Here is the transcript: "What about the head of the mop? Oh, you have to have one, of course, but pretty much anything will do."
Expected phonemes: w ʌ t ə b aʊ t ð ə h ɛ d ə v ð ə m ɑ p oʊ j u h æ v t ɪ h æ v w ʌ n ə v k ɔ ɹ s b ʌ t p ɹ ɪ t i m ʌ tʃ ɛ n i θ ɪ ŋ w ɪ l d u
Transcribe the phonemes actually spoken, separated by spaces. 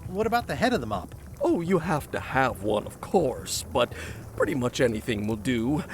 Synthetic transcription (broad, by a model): w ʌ t ə b aʊ t ð ə h ɛ d ə v ð ə m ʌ p oʊ j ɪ h æ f t ɪ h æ v w ʌ n ə v k ɔ ɹ s b ʌ t p ɹ ɪ t i m ʌ tʃ ɛ n i θ ɪ ŋ w ɪ l d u